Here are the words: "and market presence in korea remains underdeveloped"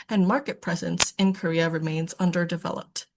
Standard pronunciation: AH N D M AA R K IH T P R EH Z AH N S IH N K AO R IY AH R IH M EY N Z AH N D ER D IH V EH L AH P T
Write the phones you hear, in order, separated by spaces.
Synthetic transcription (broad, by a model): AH N M AA R K IH T P R EH Z AH N S IH N K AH R IY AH R IH M EY N Z AH N D ER D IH V EH L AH P T